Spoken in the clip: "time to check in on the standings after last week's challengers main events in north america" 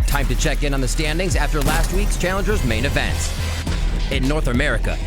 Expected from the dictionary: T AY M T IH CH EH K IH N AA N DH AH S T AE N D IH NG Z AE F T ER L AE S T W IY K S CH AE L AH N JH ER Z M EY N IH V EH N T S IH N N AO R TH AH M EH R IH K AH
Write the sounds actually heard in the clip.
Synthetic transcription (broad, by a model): T AY M T IH CH EH K IH N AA N DH AH S T AE N D IH NG Z AE F T ER L AE S T W IY K S CH AE L AH N JH ER Z M EY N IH V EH N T S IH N N AO R TH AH M EH R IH K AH